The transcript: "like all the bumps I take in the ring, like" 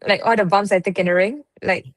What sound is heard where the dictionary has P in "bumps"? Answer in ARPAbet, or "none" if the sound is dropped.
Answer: none